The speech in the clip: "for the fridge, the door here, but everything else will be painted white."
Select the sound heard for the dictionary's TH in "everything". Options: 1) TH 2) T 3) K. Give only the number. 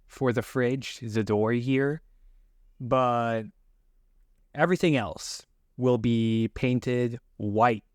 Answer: 1